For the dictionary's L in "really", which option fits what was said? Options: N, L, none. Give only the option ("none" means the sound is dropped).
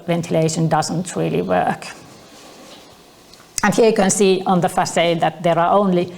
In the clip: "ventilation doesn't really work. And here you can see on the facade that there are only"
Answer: L